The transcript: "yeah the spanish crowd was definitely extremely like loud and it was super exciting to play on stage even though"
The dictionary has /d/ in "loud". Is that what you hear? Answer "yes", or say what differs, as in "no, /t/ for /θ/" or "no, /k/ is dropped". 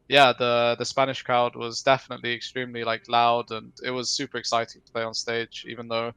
yes